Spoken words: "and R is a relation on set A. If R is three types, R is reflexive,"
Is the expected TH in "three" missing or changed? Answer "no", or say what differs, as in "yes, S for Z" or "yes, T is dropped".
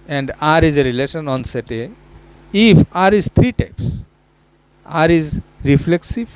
yes, T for TH